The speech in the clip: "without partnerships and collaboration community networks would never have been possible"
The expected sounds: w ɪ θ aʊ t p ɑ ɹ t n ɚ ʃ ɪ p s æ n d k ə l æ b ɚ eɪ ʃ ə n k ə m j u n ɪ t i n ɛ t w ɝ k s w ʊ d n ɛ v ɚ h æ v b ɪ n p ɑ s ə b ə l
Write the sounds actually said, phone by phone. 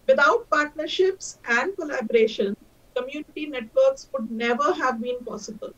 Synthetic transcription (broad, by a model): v ɪ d aʊ t p ɑ ɹ t n ɚ ʃ ɪ p s æ n d k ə l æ b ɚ eɪ ʃ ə n k ə m j u n ɪ t i n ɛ t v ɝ k s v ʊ d n ɛ v ɚ h æ v b ɪ n p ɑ s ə b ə l